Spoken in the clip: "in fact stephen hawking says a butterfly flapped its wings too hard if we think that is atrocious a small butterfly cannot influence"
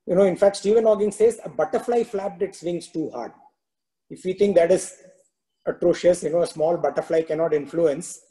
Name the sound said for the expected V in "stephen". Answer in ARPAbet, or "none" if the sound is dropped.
V